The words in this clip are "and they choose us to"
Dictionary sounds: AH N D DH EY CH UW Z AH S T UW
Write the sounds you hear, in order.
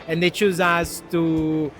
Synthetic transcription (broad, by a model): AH N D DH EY CH UW Z AH S T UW